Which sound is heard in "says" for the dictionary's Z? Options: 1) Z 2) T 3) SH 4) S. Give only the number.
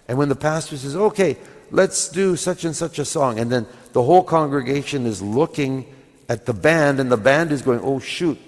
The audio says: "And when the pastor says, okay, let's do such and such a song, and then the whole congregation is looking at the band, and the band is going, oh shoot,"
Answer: 1